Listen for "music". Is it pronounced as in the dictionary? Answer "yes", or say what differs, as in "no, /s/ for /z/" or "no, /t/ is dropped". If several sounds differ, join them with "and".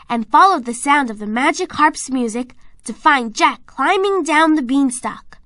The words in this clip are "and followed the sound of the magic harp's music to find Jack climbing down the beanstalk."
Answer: yes